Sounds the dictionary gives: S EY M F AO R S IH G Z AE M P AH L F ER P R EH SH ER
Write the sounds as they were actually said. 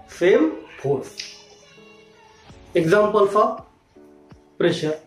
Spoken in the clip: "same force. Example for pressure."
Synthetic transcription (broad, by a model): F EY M P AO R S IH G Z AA M P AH L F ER P R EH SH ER